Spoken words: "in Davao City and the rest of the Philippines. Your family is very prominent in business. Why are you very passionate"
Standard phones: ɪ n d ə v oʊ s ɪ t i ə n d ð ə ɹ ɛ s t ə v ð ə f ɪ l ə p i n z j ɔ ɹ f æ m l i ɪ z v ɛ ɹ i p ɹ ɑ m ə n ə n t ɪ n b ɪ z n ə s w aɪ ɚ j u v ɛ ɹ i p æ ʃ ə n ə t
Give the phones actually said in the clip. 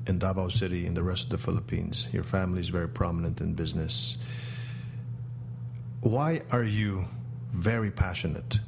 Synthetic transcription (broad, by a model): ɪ n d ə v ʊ s ɪ t i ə n ð ə ɹ ɛ s t ə v ð ə f ɪ l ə p i n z j ɔ ɹ f æ m l i ɪ z v ɛ ɹ i p ɹ ɑ m ə n ə n t ɪ n b ɪ z n ə s w aɪ ɚ j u v ɛ ɹ i p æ ʃ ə n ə t